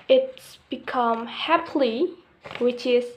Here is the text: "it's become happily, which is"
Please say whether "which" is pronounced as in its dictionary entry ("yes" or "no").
yes